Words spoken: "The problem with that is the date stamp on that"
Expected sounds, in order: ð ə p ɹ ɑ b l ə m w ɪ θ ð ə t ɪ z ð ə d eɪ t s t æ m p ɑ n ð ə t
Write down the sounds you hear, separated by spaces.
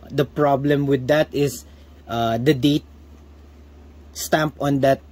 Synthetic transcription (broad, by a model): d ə p ɹ ɑ b l ə m w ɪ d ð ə t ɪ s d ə d eɪ t s t æ m p ɑ n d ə t